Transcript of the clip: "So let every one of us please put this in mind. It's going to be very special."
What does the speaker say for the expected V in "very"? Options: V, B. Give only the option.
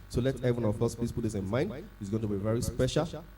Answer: V